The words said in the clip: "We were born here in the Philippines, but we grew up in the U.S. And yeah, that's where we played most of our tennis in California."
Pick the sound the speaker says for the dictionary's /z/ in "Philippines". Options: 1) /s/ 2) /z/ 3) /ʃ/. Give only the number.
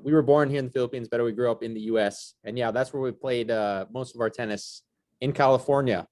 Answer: 2